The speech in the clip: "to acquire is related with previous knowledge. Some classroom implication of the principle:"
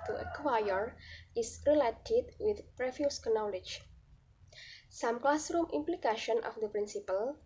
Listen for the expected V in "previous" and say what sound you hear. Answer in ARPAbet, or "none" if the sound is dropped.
F